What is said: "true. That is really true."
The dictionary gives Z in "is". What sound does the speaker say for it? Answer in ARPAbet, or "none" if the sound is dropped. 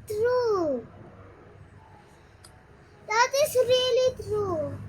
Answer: S